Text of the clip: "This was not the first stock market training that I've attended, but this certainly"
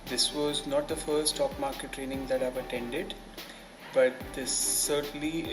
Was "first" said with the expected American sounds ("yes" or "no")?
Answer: no